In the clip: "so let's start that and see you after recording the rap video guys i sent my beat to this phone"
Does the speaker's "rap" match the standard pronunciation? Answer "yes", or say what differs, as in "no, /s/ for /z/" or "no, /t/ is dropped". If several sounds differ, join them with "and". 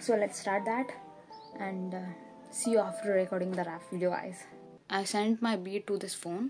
no, /f/ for /p/